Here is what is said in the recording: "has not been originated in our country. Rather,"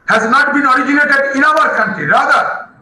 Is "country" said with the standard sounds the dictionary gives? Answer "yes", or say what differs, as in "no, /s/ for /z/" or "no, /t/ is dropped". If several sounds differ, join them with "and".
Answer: no, /ɹ/ is dropped